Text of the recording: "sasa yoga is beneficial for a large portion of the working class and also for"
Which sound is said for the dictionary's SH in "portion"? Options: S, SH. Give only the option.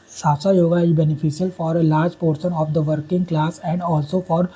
S